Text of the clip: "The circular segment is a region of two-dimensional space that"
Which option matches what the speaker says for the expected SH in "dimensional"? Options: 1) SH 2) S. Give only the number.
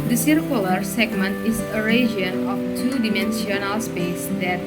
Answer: 2